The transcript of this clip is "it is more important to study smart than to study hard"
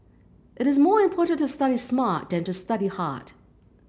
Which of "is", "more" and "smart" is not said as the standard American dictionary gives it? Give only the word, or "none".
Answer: none